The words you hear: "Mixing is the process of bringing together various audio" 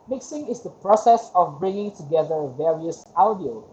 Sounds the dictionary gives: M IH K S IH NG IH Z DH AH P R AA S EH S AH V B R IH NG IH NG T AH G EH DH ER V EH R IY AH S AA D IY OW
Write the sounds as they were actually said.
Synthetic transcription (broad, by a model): M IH K S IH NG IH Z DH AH P R AA S EH S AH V B R IH NG IH NG T AH G EH DH ER V EH R IY AH S AA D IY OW